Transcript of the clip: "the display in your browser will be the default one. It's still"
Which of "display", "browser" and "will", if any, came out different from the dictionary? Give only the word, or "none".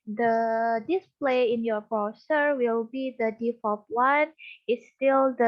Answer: browser